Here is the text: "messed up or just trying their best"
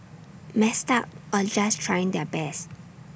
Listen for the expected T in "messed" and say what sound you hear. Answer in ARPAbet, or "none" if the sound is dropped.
T